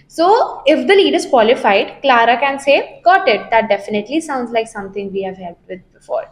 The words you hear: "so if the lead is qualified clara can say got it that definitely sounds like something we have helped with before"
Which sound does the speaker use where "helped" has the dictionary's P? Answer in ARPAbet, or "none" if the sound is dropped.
none